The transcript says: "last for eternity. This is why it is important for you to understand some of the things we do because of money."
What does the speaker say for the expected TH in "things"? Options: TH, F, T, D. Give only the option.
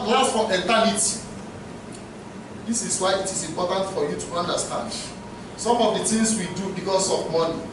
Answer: T